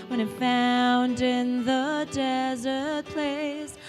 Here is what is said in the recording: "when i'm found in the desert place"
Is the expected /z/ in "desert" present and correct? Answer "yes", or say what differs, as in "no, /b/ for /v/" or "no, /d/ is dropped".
yes